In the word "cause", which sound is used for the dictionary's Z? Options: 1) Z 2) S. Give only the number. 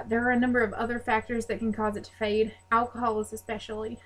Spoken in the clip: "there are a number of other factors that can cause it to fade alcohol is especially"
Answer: 1